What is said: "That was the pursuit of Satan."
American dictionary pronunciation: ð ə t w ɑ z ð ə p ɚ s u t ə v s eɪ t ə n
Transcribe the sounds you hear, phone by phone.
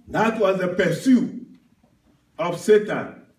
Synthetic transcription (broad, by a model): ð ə t w ɑ z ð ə p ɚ s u ə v s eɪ t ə n